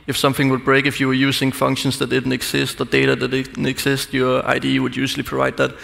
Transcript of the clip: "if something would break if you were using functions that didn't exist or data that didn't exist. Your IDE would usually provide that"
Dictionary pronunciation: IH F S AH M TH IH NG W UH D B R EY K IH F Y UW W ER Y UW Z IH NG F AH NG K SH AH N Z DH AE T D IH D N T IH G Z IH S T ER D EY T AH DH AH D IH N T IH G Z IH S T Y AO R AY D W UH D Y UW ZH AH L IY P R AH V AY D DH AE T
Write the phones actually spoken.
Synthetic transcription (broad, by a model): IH F S AH M TH IH NG W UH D B R EY K IH F Y UW W ER Y UW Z IH NG F AH NG K SH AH N S DH AE T D IH D N T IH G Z IH S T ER D EY T AH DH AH D IH N T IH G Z IH S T Y AO R AY D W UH D Y UW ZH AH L IY P R AH V AY D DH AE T